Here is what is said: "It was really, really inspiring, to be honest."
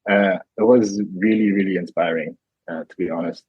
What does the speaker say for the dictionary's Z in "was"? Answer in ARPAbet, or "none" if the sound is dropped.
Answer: Z